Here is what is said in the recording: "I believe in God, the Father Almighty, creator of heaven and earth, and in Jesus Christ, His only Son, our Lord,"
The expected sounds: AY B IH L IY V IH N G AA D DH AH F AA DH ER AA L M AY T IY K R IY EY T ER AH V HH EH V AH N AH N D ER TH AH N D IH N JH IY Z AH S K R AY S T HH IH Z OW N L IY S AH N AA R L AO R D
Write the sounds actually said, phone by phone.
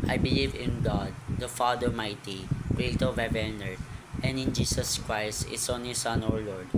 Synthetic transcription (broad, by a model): AY B IH L IY V IH N G AA D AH F AA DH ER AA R M AY T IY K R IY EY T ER AH V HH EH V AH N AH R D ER AH N D IH N JH IY S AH S K R AY S T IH S OW N L IY S AH N AA R L AO R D